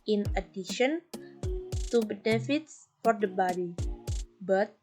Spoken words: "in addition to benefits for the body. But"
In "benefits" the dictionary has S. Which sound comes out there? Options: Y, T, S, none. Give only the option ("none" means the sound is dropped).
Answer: S